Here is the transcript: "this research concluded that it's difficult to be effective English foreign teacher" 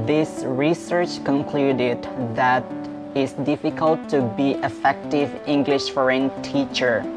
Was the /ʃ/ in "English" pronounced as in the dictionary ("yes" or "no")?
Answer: yes